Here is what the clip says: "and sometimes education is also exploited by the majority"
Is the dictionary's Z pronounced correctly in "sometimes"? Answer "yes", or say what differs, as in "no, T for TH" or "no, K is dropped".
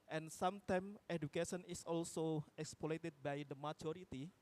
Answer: no, Z is dropped